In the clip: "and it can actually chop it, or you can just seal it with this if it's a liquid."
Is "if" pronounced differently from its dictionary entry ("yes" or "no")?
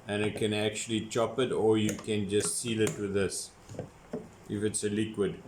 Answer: no